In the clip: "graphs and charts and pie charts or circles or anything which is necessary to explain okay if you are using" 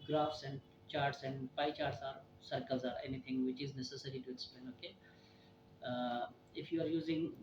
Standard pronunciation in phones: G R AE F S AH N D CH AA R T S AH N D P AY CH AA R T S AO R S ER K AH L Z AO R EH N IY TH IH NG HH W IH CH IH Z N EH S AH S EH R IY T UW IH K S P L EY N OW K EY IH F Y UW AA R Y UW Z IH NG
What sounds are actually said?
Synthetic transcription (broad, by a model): G R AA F S AH N D CH AA R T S AH N D P AY CH AA R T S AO R S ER K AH L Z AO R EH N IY T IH NG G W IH CH IH Z N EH S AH S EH R IY T UW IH S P EY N OW K EY IH F Y UW AA R Y UW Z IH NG